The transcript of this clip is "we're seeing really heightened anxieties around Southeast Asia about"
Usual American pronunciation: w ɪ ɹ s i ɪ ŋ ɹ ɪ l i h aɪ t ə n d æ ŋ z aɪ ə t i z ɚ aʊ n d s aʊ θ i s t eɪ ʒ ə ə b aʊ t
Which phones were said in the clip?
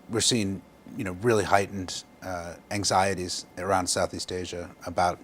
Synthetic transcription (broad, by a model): w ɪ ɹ s i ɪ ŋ ɹ ɪ l i h aɪ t n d æ ŋ z aɪ ə t i z ɚ aʊ n d s aʊ θ i s t eɪ ʒ ə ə b aʊ t